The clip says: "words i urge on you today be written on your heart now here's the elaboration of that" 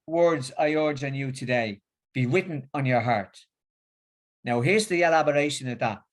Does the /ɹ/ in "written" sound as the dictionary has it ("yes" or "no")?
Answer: no